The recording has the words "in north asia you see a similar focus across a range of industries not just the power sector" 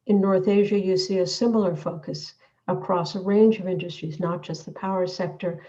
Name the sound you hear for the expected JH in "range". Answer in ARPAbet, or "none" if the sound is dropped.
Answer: JH